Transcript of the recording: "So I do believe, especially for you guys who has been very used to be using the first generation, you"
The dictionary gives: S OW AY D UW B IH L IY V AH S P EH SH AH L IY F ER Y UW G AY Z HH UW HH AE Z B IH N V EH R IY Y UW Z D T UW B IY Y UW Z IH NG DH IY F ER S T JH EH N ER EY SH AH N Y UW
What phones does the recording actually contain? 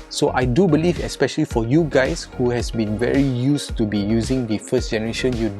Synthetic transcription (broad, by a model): S OW AY D UW B IH L IY V AH S P EH SH AH L IY F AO Y UW G AY S HH UW HH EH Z B IH N V EH R IY Y UW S T UW B IY Y UW Z IH NG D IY F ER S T JH EH N ER EY SH AH N Y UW